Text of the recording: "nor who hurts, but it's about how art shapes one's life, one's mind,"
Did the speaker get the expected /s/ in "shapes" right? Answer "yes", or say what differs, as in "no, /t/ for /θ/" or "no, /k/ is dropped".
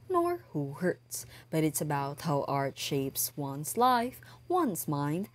yes